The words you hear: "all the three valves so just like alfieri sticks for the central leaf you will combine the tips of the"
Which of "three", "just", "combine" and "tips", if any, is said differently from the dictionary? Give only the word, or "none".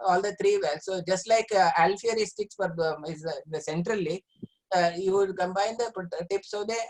three